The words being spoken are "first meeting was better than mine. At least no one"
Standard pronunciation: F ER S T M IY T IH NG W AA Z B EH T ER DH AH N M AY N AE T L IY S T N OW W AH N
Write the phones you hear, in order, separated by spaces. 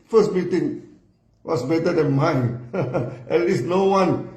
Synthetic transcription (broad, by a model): F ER S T M IY T IH NG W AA S B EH T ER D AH N M AY N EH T L IY S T N OW W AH N